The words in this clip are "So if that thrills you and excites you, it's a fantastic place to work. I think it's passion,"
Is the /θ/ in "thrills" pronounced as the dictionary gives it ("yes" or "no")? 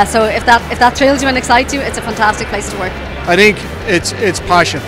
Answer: no